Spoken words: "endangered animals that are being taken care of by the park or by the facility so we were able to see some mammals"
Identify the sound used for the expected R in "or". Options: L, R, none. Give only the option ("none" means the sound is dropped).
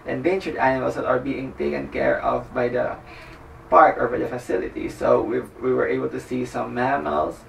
R